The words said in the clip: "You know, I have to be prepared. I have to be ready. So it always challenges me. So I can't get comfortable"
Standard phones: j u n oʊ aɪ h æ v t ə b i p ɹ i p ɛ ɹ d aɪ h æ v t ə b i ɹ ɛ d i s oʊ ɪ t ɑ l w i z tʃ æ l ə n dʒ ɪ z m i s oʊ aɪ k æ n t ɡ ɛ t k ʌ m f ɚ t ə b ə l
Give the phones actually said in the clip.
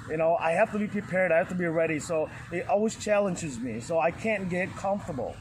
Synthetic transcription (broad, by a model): j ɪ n oʊ aɪ h æ f t ə b i p ɹ i p ɛ ɹ d aɪ h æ f t ə b i ɹ ɛ d i s oʊ ɪ t ɑ l w i z tʃ æ l ə n dʒ ɪ z m i s oʊ aɪ k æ n ɡ ɛ t k ʌ m f t ə b l